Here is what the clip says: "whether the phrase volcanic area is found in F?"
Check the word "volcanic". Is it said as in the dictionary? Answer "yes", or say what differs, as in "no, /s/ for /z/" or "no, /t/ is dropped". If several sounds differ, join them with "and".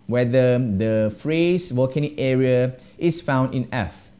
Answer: no, /l/ is dropped